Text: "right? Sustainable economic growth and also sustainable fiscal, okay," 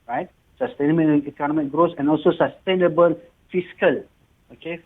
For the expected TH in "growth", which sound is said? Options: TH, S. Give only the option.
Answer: S